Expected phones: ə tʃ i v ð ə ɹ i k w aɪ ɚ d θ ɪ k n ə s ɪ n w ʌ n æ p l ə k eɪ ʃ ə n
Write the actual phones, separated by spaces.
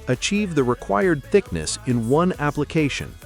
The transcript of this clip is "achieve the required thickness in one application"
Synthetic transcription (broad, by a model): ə tʃ i v ð ə ɹ i k w aɪ ɚ d θ ɪ k n ə s ɪ n w ʌ n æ p l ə k eɪ ʃ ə n